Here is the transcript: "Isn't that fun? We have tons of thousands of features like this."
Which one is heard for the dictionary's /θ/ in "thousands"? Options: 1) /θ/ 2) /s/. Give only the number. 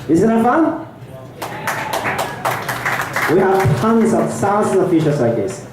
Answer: 2